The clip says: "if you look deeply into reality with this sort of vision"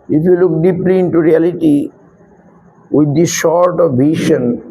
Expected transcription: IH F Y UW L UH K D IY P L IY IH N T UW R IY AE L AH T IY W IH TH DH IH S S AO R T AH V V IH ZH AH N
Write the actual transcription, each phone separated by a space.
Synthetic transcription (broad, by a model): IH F Y UW L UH K D IY P L IY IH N T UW R IY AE L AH T IY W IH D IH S SH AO R T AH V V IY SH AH N